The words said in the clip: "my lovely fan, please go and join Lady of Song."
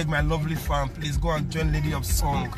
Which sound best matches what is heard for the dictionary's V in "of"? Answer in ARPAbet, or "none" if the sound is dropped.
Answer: P